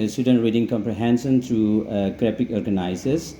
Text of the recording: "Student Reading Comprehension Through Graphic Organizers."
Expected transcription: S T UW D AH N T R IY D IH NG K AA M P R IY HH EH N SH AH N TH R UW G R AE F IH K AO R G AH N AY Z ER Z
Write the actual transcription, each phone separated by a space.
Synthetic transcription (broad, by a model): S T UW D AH N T R IY D IH NG K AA M P R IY HH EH N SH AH N T R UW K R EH P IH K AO R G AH N AY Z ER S